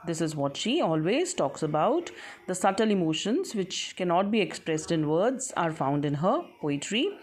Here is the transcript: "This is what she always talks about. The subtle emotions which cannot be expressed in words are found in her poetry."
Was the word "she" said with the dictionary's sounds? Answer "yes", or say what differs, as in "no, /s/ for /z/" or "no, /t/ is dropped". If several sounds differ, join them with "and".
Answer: yes